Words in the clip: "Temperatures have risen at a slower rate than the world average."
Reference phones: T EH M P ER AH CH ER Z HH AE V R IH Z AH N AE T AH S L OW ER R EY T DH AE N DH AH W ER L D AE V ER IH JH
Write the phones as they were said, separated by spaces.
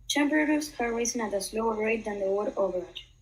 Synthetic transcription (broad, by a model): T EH M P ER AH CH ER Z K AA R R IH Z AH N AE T AH S L OW ER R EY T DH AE N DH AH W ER D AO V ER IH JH